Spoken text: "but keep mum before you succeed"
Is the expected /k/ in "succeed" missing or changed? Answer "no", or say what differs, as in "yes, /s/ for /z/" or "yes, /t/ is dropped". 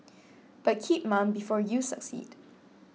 no